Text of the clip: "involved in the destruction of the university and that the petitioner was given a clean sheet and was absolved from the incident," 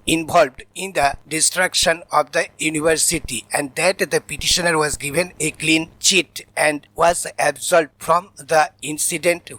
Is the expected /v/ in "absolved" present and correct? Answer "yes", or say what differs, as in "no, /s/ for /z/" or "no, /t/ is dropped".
no, /v/ is dropped